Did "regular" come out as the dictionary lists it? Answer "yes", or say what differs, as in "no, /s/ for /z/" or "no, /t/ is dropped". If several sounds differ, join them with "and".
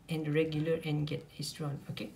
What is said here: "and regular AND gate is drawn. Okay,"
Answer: yes